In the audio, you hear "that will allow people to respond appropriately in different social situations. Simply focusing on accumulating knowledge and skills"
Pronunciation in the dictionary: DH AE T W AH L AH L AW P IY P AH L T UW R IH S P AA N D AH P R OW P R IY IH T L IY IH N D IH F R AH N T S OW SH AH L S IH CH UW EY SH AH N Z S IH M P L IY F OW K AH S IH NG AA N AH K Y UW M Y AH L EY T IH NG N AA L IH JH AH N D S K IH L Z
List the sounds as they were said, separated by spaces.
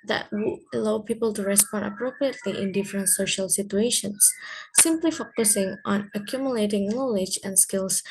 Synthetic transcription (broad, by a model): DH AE T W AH AH L AW P IY P AH L T UW R IH S P AA N D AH P R OW P R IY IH T L IY IH N D IH F R AH N T S OW SH AH L S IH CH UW EY SH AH N S IH M P L IY F OW K AH S IH NG AA N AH K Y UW M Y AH L EY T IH NG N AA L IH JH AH N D S K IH L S